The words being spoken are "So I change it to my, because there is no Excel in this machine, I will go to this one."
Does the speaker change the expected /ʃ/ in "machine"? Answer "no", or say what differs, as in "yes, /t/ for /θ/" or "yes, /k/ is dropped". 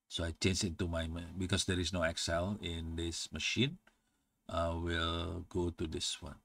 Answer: no